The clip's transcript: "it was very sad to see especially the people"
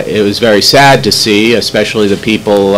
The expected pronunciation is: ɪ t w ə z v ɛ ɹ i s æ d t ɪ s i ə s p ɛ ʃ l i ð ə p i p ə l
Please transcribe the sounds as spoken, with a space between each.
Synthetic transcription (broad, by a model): ɪ t w ə z v ɛ ɹ i s æ d t ɪ s i ə s p ɛ ʃ l i ð ə p i p l